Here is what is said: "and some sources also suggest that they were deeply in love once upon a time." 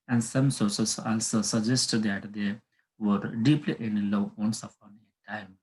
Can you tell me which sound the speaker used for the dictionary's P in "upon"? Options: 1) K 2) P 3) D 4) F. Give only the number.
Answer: 4